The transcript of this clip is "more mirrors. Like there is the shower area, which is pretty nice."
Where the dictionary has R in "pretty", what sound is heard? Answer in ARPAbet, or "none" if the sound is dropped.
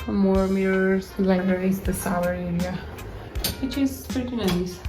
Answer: none